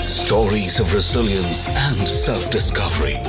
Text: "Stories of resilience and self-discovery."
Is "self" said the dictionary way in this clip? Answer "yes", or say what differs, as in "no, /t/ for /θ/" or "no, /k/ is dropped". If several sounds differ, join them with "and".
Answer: yes